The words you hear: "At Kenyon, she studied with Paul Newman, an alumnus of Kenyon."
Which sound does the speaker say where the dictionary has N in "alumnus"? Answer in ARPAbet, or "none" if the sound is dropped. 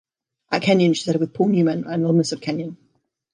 none